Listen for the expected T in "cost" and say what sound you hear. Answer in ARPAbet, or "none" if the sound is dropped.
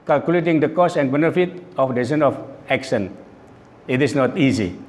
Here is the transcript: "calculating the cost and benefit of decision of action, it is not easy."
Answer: none